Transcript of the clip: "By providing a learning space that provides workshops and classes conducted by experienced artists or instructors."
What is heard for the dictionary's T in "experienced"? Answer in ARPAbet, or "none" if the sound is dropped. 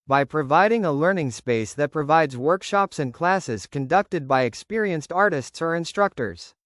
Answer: T